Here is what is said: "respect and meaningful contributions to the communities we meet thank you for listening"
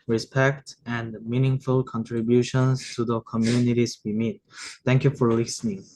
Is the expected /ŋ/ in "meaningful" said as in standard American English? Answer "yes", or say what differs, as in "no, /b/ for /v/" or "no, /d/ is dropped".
yes